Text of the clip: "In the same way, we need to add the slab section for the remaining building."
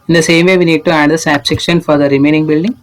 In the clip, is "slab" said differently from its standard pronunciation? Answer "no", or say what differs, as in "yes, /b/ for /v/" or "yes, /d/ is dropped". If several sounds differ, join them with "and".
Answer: yes, /l/ is dropped